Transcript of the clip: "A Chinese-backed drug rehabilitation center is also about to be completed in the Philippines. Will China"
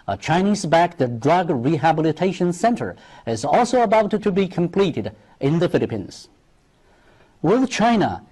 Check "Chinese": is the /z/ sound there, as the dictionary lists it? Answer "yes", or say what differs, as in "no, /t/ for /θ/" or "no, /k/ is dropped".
yes